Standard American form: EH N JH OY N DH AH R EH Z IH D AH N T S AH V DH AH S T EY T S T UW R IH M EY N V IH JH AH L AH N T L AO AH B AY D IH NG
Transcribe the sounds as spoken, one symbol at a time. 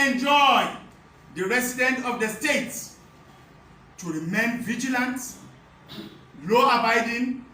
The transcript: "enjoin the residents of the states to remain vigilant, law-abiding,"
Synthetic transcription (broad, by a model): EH N JH OY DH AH R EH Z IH D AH N T AH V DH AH S T EY T S T UW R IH M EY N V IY JH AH L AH N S L AO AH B AY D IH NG